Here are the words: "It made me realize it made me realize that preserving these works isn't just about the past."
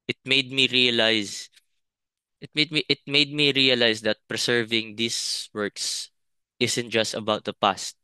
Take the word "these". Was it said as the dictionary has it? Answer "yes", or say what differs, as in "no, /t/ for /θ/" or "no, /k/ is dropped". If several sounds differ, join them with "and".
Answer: no, /s/ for /z/